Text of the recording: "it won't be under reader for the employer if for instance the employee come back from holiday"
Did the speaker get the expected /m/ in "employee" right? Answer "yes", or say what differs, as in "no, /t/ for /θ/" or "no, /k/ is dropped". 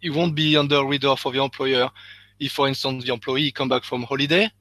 no, /m/ is dropped